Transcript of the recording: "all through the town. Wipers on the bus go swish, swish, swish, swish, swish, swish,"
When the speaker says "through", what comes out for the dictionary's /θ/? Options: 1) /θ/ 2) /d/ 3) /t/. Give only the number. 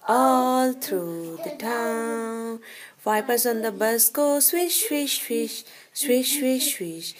3